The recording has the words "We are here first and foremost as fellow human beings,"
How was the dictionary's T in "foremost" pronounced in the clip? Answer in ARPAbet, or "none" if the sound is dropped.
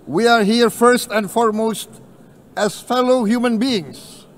T